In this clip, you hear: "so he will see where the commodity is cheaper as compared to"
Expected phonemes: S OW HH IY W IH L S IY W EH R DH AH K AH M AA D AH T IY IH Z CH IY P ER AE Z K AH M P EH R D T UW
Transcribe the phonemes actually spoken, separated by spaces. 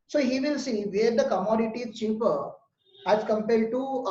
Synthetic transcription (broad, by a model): S OW HH IY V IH L S IY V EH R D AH K AH M AA D AH T IY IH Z CH IY P ER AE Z K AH M P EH L D T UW